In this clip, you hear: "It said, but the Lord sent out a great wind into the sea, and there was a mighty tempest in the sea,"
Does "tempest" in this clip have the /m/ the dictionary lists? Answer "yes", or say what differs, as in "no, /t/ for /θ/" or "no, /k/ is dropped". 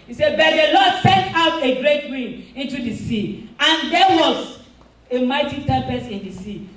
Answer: no, /m/ is dropped